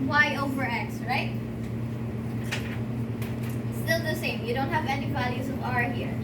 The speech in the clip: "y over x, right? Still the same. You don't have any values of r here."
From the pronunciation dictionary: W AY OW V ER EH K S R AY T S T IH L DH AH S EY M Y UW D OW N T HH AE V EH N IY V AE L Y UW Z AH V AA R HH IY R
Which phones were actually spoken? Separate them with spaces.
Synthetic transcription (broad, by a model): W AY OW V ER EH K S R AY T S T IH L DH AH S EY M Y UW D OW N T HH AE V EH N IY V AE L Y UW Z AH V AA R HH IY R